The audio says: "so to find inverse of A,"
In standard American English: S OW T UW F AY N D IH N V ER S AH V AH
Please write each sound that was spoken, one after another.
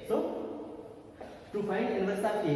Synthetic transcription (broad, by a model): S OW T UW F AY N IH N ER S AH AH